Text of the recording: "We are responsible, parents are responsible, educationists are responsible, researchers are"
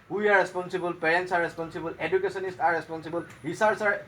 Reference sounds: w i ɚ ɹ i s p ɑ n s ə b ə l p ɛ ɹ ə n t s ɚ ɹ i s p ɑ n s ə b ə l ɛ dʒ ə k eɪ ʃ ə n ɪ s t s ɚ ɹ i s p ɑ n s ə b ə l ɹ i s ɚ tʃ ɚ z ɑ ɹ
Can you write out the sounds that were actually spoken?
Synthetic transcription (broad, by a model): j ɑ ɹ i s p ɑ n s ə b ə l p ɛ ɹ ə n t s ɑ ɹ i s p ɑ n s ə b ə l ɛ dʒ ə k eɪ s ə n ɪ s t ɑ ɹ i s p ɑ n s ə b ə l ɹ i s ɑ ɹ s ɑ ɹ